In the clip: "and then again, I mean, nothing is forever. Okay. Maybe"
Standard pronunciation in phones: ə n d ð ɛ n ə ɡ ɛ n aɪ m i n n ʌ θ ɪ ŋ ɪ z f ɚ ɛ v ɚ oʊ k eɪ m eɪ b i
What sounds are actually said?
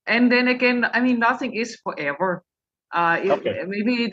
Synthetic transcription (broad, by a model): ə n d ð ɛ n ə ɡ ɛ n aɪ m i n n ʌ θ ɪ ŋ ɪ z f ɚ ɛ v ɚ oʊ ɪ m eɪ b i